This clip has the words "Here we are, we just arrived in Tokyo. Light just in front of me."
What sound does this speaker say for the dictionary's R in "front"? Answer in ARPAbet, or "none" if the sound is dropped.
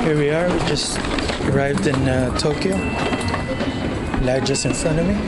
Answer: none